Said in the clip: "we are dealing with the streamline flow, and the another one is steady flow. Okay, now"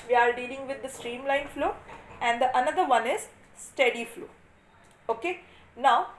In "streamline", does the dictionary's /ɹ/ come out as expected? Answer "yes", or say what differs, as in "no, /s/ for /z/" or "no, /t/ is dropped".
yes